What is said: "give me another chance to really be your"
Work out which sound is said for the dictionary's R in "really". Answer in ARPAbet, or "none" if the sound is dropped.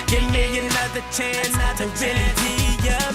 W